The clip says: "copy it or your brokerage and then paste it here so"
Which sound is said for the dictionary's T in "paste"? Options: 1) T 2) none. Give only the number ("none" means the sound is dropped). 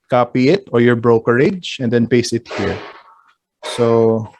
2